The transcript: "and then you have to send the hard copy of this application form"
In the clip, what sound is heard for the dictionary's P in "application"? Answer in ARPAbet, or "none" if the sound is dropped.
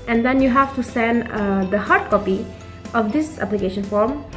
P